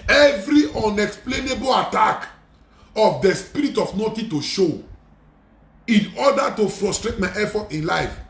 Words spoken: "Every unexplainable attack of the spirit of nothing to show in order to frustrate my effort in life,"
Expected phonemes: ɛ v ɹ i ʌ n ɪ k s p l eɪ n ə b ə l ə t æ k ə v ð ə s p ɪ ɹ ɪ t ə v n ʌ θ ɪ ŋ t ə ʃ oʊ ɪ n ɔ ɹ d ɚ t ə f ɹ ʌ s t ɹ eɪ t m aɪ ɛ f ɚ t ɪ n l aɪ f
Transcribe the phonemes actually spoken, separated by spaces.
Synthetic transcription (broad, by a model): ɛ v ɹ i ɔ n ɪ k s p l eɪ n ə b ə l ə t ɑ k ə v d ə s p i ɹ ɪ t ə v n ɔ t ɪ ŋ t ə ʃ oʊ ɪ n ɔ d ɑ t ə f ɹ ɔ s t ɹ eɪ t m aɪ ɛ f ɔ t ɪ n l aɪ f